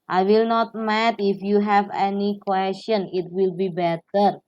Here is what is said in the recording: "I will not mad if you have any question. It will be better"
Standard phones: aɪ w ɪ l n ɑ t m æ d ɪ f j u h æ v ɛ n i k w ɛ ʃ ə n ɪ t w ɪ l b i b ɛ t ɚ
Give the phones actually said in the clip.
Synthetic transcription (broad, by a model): aɪ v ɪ l n ɑ t m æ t ɪ f j u h æ v ɛ n i k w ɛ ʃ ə n ɪ t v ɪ l b i b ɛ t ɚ